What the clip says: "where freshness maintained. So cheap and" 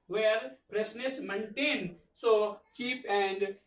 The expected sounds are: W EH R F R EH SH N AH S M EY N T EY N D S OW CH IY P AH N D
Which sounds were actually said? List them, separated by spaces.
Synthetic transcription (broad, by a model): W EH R P R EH S N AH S M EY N T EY N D S OW CH IY P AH N D